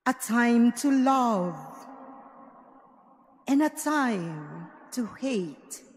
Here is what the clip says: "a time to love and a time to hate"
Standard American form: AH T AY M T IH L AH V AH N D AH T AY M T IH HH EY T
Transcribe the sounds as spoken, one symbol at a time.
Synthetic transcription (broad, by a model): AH T AY M T IH L AH V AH N AH T AY M T IH HH EY T